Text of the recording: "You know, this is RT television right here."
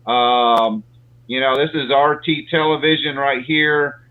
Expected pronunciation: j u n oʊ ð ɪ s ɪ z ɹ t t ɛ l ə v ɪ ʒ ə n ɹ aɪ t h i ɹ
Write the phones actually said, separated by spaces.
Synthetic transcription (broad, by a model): j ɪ n oʊ ð ɪ s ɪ z ɹ t t ɛ l ə v ɪ ʒ ə n ɹ aɪ t h i ɹ